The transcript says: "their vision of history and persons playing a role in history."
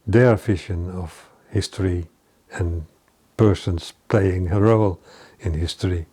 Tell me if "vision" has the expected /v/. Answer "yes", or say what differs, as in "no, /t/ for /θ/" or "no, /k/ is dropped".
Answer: no, /f/ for /v/